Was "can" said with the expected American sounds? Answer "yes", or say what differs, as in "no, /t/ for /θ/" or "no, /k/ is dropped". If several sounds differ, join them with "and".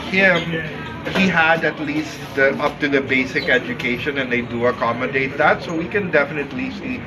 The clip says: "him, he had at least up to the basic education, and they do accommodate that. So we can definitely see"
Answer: yes